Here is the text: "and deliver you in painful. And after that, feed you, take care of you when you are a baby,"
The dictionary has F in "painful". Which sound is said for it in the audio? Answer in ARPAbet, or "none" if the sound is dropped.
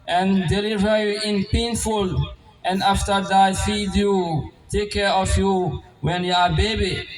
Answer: F